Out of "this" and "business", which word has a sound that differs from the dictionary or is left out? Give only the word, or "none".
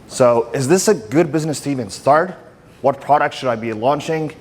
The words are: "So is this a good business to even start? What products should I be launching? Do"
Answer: none